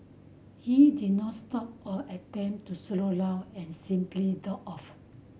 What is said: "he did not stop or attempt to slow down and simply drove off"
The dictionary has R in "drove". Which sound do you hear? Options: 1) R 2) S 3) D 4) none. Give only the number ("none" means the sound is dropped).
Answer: 4